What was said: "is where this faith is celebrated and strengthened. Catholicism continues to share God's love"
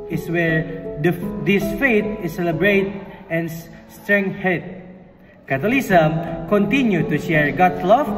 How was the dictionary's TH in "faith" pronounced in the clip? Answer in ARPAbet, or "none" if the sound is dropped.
T